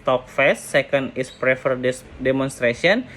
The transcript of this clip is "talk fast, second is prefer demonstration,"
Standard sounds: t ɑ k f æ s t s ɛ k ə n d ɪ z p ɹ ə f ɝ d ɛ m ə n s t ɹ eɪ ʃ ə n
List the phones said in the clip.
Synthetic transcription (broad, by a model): t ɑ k f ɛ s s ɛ k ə n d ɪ s p ɹ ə f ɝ d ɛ m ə n s t ɹ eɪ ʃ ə n